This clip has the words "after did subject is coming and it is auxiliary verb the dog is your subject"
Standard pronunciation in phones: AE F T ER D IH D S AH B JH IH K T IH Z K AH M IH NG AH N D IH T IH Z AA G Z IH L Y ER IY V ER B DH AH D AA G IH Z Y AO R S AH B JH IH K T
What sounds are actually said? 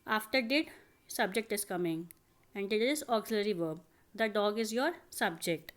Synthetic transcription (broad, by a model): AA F T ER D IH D S AH B JH IH K T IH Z K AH M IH NG AH N D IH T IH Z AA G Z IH L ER IY V ER B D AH D AA G IH Z Y AO R S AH B JH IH K T